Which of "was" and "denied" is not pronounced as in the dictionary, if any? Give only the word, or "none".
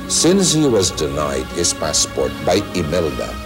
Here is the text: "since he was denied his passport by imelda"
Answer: none